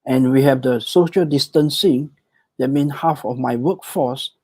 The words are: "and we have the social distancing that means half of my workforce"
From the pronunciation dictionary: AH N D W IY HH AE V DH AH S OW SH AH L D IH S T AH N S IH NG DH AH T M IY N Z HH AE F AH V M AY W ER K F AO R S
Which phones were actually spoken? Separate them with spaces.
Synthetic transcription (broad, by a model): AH N W IY HH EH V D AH S OW SH AH L D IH S T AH N S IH NG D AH T M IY N HH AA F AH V M AY W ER K F AO S